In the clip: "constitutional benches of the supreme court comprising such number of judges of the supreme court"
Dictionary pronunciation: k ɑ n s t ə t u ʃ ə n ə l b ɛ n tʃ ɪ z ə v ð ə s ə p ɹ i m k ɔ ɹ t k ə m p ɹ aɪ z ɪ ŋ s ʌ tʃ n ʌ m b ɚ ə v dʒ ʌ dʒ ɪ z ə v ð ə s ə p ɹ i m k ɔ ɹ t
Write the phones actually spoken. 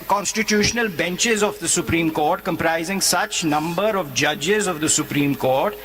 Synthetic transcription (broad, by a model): k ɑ n s t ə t u ʃ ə n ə l b ɛ n tʃ ɪ z ə v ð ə s ə p ɹ i m k ɔ ɹ t k ə m p ɹ aɪ z ɪ ŋ s ʌ tʃ n ʌ m b ɚ ə v dʒ ʌ dʒ ɪ z ə v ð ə s ə p ɹ i m k ɔ ɹ t